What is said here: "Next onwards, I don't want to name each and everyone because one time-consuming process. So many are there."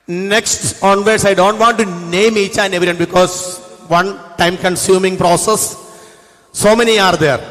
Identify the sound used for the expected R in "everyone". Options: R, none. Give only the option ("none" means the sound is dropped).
none